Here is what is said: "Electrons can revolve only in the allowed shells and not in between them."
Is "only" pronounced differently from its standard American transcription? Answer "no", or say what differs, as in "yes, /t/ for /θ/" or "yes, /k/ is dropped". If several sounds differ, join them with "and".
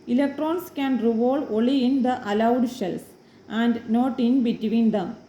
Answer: yes, /n/ is dropped